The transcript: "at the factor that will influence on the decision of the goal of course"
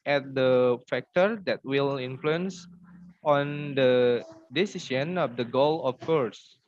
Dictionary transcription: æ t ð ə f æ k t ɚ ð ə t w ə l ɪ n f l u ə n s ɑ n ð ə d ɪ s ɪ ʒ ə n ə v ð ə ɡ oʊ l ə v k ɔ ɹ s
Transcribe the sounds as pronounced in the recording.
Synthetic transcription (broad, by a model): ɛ t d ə f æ k t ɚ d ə t w ə l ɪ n f l u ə n s ɑ n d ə d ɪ s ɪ s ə n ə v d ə ɡ oʊ l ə f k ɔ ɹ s